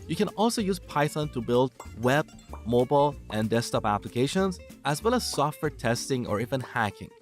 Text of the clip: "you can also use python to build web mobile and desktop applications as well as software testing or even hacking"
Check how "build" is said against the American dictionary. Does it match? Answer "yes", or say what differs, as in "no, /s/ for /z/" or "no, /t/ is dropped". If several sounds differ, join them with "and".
yes